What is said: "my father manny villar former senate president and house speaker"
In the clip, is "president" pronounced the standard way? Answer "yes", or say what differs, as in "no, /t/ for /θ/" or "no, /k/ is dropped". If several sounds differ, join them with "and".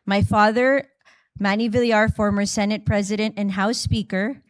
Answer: yes